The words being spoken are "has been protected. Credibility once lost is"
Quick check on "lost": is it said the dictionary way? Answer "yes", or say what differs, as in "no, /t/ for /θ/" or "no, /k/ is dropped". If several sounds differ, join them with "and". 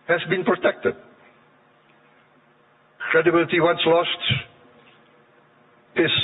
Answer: yes